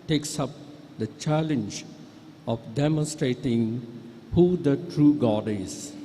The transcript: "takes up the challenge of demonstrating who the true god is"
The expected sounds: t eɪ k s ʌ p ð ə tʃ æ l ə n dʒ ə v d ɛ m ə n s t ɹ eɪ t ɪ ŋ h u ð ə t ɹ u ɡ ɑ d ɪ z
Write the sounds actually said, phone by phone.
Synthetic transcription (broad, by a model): t eɪ k s ʌ p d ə tʃ æ l ə n dʒ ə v d ɛ m ə n s t ɹ eɪ t ɪ ŋ h u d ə t ɹ u ɡ ɑ d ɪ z